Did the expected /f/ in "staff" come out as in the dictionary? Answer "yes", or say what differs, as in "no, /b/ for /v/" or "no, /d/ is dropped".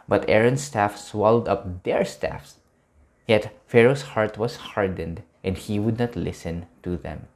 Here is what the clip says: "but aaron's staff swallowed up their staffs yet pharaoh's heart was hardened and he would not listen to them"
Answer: yes